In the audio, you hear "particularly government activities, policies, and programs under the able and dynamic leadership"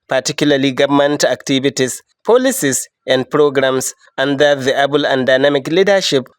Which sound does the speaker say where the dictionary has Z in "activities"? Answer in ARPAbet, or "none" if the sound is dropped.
S